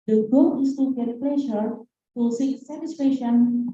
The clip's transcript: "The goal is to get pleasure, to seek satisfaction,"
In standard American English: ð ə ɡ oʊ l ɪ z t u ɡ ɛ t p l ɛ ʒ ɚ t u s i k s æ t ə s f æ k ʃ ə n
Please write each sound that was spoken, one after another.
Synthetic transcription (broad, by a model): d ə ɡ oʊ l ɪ s t u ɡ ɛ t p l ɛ ʃ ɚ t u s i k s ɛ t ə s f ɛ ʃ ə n